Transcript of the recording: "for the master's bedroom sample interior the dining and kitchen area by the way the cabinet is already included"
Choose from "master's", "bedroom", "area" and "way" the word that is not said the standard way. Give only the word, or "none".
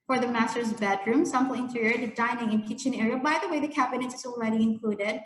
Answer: none